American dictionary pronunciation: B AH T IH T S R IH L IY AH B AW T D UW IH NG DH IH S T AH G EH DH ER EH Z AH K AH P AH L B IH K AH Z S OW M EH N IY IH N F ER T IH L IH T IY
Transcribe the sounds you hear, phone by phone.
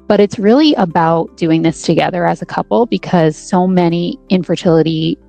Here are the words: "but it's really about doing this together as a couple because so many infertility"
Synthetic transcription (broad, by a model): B AH T IH T S R IH L IY AH B AW T D UW IH NG DH IH S T AH G EH DH ER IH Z AH K AH P L B IH K AH Z S OW M EH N IY IH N F ER T IH L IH T IY